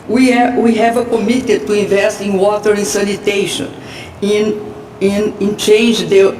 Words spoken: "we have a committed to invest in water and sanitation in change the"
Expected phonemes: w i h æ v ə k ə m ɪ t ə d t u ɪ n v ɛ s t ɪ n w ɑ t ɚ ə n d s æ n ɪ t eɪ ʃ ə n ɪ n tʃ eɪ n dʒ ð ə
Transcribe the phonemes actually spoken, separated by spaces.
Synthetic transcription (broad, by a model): w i h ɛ v ə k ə m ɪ t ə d t u ɪ n v ɛ s t ɪ n w ɑ t ɚ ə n s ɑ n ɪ t eɪ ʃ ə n ɪ n tʃ eɪ n dʒ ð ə